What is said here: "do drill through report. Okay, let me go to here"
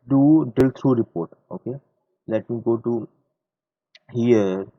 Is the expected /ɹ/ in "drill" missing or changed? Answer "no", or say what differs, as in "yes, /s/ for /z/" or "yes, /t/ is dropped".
yes, /ɹ/ is dropped